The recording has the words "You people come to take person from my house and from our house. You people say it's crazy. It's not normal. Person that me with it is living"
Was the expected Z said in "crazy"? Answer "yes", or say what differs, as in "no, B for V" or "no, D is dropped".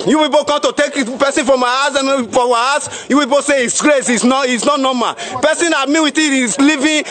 no, S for Z